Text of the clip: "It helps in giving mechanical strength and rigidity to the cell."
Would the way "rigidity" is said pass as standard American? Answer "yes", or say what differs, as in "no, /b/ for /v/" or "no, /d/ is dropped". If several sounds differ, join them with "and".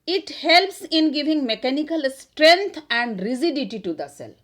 no, /z/ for /dʒ/